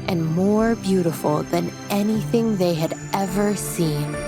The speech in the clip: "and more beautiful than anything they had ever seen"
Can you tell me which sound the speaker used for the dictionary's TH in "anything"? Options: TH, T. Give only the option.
TH